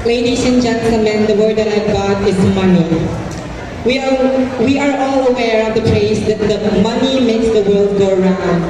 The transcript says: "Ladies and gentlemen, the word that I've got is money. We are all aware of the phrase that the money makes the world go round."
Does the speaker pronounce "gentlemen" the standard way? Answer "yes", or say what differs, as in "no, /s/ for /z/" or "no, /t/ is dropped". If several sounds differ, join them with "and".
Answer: no, /s/ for /t/ and /l/ is dropped